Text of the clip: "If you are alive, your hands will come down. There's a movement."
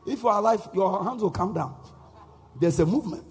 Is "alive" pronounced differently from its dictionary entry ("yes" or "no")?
yes